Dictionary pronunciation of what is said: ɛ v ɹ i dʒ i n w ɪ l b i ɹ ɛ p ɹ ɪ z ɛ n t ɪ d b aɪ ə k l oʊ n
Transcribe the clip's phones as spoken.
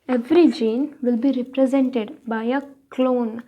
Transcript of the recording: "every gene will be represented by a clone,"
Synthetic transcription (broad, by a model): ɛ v ɹ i dʒ i n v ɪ l b i ɹ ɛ p ɹ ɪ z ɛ n t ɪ d b aɪ ə k l oʊ n